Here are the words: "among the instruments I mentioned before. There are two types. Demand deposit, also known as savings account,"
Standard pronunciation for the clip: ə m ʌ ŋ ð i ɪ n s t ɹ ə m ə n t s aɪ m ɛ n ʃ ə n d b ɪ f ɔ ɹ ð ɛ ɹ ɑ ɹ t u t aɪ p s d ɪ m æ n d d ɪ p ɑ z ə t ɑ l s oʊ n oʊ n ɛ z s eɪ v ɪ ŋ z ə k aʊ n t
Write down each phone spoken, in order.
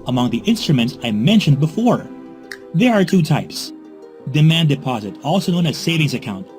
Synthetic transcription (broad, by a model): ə m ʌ ŋ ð i ɪ n s t ɹ ə m ə n t s aɪ m ɛ n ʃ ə n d b ɪ f ɔ ɹ ð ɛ ɹ ɑ ɹ t u t aɪ p s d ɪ m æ n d d ɪ p ɑ z ə t ɑ l s oʊ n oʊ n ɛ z s eɪ v ɪ ŋ z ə k aʊ n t